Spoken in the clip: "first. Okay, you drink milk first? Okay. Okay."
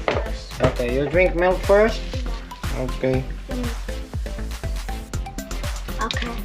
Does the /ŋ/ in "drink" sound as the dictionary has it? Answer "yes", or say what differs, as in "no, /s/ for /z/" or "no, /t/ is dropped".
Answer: yes